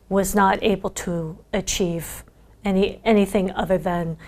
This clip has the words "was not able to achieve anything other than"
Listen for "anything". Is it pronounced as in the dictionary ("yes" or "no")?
yes